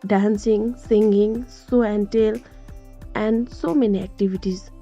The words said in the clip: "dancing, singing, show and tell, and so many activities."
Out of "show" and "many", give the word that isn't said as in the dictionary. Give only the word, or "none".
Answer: show